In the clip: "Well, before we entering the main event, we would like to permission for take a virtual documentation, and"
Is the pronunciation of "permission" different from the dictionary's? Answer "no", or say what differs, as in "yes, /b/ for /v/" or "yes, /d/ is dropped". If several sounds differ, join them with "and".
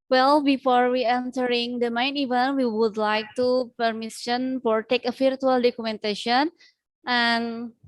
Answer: yes, /s/ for /ʃ/